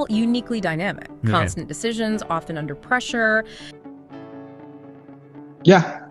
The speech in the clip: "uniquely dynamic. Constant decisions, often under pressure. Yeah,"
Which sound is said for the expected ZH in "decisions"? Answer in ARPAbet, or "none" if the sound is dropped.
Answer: ZH